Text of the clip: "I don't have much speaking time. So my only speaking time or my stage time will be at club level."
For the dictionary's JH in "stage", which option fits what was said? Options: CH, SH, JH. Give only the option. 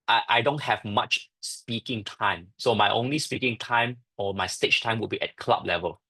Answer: CH